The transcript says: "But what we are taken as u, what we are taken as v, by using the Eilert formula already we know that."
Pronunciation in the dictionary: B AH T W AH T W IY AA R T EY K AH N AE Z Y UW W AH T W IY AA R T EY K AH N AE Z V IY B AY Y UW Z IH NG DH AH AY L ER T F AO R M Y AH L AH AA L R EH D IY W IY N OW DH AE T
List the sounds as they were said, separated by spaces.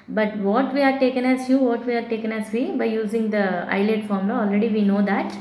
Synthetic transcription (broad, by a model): B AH T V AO T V IY AA R T EY K AH N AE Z Y UW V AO T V IY AA R T EY K AH N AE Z V IY B AY Y UW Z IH NG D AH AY L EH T F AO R M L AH AA L R EH D IY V IY N OW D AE T